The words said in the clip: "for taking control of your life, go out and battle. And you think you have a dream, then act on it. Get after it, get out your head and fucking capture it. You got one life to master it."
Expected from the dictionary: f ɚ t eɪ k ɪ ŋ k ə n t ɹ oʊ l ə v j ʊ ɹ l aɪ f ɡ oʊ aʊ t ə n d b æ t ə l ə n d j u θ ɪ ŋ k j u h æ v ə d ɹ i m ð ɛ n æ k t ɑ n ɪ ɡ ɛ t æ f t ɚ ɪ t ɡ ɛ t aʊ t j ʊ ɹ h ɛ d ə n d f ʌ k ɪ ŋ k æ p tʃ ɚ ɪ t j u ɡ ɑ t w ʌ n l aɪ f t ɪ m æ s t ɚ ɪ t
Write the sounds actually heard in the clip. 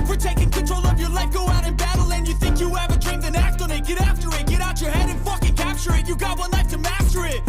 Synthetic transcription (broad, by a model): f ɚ t eɪ k ɪ ŋ k ə n t ɹ oʊ l ə v j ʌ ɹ l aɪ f ɡ oʊ aʊ t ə n b æ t l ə n j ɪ θ ɪ ŋ k j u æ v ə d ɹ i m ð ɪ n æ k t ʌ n ɪ ɡ ɛ t æ f t ɚ ɪ t ɡ ɛ t aʊ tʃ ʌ ɹ h ɛ d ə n f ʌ k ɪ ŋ k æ p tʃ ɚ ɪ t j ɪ ɡ ɑ t w ʌ n l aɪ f t ɪ m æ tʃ ɚ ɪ t